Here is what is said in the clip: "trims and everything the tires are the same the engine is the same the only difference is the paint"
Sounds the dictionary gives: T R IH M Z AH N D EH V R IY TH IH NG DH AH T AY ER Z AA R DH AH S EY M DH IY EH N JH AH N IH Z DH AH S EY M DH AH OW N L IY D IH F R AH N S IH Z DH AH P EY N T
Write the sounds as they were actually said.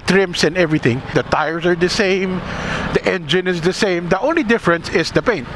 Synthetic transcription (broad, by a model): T R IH M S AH N EH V R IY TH IH NG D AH T AY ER S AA R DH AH S EY M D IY EH N JH AH N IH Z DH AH S EY M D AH OW N L IY D IH F R AH N S IH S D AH P EY N T